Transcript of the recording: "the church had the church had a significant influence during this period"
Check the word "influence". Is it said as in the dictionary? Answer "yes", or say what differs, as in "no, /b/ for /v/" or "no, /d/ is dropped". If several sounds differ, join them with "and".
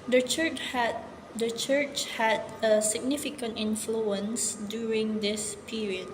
yes